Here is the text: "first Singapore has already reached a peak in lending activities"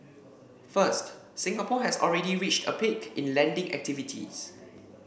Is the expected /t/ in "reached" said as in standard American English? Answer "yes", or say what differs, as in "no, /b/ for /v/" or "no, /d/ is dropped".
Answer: yes